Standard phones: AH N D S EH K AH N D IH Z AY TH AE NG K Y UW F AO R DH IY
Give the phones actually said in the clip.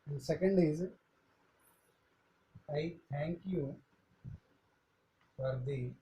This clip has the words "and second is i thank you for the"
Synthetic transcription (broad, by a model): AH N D S EH K AH N D IH Z AY T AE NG K Y UW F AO R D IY